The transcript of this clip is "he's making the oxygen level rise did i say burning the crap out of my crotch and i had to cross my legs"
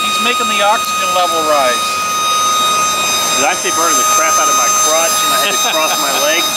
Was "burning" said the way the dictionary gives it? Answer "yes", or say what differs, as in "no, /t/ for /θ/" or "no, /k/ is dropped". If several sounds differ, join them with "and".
no, /n/ is dropped